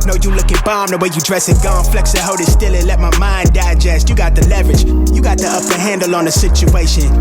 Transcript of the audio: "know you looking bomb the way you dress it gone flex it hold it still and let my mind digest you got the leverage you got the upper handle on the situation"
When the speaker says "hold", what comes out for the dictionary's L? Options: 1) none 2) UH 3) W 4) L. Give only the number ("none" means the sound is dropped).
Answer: 1